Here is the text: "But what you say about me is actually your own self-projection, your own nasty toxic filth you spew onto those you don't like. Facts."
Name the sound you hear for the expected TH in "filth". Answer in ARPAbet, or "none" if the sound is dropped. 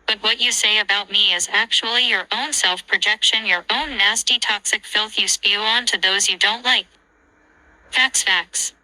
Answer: TH